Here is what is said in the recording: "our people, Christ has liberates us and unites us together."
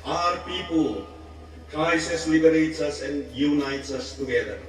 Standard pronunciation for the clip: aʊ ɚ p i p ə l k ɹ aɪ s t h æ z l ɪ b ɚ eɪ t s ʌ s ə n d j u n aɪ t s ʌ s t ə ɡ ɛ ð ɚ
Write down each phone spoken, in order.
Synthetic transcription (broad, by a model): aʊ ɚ p i p ə l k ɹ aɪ s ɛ s l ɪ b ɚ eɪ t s ʌ s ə n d j u n aɪ t s ʌ s t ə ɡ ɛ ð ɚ